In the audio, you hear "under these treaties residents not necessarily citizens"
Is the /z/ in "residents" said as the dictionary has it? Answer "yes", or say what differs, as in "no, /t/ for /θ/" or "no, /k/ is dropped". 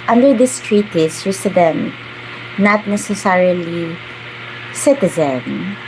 no, /s/ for /z/